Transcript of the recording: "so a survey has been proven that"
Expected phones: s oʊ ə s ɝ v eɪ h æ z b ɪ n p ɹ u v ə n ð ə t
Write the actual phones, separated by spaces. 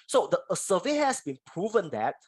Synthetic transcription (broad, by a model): s oʊ ə s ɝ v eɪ h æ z b ɪ n p ɹ u v ə n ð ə t